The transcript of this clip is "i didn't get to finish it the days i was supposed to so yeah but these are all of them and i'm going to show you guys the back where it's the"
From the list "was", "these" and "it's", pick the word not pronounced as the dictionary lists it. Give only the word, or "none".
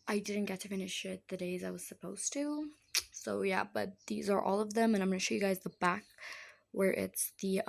none